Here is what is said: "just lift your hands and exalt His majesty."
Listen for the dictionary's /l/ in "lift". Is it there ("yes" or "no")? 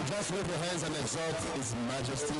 no